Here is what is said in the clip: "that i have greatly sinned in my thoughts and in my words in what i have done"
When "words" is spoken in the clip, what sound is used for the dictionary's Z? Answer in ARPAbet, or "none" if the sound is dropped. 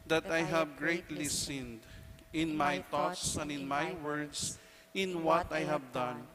S